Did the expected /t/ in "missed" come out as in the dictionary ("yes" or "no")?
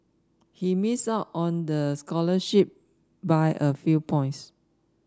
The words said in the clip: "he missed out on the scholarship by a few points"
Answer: no